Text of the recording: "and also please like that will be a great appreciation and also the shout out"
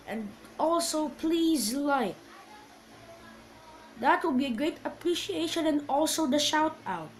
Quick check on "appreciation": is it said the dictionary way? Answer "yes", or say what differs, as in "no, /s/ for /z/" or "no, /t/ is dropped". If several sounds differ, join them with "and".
yes